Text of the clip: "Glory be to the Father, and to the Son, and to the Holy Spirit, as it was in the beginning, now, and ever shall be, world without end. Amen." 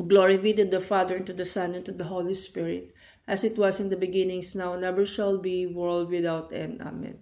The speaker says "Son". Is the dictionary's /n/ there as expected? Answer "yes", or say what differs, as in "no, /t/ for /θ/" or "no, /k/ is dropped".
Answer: yes